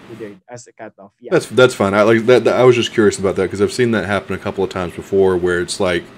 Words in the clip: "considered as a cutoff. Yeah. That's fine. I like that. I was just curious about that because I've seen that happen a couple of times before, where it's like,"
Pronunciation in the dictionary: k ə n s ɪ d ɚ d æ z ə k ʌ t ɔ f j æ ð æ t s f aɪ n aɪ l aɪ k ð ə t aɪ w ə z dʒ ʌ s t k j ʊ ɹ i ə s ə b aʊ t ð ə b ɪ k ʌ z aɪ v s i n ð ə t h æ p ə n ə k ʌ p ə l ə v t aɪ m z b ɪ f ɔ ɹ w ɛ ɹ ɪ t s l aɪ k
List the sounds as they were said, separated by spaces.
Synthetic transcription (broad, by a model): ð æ t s ð æ t s f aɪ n aɪ l aɪ k ð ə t aɪ w ə z dʒ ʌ s k j ʊ ɹ i ə s ə b aʊ t ð ə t k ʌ z aɪ v s i n ð ə t h æ p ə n ə k ʌ p l ə v t aɪ m z b ɪ f ɔ ɹ w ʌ ɹ ɪ t s l aɪ k